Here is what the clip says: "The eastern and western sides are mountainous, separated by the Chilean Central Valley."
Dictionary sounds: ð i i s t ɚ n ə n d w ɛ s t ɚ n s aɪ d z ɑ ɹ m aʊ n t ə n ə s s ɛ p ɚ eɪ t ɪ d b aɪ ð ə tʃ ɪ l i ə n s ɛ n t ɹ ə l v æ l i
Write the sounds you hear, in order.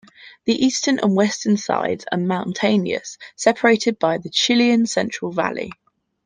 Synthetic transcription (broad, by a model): ð i i s t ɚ n ə n w ɛ s t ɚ n s aɪ d z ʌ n m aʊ n t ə n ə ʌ s ɛ p ɚ eɪ t ɪ d b aɪ ð ə tʃ ɪ l i ə n s ɛ n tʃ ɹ ə l v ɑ l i